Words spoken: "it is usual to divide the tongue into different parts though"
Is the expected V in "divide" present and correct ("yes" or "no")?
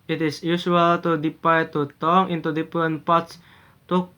no